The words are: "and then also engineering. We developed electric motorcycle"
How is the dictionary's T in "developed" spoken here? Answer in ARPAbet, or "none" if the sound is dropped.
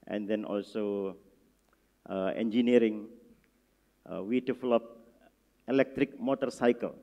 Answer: none